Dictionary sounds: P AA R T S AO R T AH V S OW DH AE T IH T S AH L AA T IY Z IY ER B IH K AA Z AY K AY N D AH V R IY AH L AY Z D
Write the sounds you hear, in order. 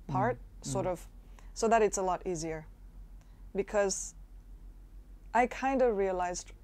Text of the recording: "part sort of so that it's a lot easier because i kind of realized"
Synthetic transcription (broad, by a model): P AA R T S AO R T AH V S OW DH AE T IH T S AH L AA T IY Z IY ER B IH K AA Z AY K AY N D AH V R IY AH L AY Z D